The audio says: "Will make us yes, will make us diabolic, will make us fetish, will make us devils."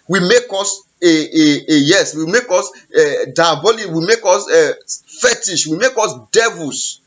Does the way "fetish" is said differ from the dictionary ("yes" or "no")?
no